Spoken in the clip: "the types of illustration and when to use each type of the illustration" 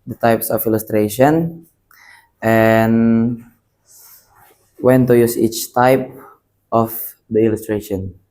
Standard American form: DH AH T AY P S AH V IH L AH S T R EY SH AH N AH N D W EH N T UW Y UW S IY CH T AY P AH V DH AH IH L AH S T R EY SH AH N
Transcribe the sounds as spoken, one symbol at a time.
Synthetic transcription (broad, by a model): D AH T AY P S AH F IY L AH S T R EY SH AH N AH N W EH N T UW Y UW S IY CH T AY P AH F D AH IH L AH S T R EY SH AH N